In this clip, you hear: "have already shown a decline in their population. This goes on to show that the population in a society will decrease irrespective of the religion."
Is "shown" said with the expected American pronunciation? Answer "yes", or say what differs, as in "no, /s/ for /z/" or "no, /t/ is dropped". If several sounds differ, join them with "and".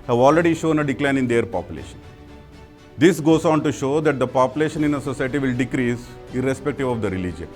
yes